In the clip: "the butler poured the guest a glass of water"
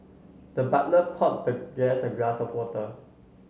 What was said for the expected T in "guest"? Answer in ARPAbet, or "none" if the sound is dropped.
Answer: none